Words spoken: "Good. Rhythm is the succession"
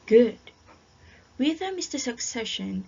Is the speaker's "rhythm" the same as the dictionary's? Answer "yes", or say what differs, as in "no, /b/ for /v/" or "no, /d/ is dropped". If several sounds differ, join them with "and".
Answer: no, /w/ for /ɹ/